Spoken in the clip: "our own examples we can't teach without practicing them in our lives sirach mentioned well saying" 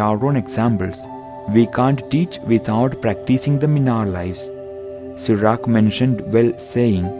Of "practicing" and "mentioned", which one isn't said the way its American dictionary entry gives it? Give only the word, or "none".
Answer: none